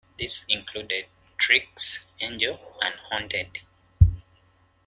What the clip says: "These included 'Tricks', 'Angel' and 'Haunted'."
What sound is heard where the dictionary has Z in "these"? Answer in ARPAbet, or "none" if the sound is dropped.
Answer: S